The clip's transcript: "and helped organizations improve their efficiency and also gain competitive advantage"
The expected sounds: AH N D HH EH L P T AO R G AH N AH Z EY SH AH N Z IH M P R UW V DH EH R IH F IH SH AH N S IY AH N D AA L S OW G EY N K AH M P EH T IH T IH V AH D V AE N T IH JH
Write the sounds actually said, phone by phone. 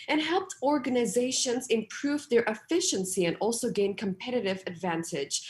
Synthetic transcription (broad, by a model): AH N HH EH L P T AO R G AH N AH Z EY SH AH N Z IH M P R UW V DH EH R IH F IH SH AH N S IY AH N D AA L S OW G EY N K AH M P EH T IH T IH V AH D V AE N T IH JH